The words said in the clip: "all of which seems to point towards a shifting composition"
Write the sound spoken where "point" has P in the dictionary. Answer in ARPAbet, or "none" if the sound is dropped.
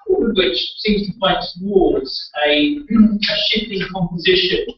F